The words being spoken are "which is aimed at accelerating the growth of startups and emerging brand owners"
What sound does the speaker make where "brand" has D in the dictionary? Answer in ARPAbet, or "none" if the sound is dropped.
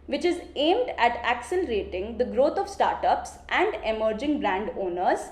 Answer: D